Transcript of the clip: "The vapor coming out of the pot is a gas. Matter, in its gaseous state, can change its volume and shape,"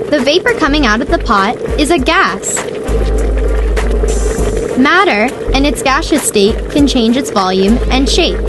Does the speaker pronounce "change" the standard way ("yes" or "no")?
yes